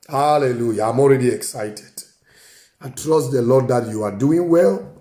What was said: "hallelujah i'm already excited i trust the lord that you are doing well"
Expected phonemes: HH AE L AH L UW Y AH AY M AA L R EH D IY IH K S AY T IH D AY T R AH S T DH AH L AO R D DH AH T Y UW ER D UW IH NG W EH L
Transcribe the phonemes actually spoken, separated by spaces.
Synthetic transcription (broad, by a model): HH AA L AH L UW Y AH AY M AA L R EH D IY IH K S AY T IH D AY T R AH S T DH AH L AO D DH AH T Y UW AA D UW IH NG W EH L